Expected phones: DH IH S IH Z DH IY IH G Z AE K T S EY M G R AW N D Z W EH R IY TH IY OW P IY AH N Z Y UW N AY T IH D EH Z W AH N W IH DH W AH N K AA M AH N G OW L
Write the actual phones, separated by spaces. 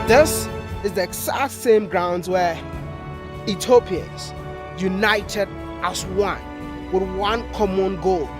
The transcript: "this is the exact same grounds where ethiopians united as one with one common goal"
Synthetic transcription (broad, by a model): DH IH S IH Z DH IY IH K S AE T S EY M G R AW N D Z W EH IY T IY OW P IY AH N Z Y UW N AY T IH D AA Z W AH N W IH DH W AH N K AA M AH N G OW L